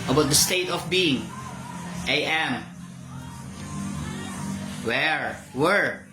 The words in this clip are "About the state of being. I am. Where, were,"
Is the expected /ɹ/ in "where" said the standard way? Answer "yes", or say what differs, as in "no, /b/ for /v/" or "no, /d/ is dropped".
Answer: yes